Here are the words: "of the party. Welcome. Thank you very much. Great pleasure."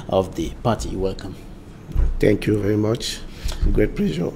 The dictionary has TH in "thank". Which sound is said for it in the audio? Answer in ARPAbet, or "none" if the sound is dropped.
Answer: T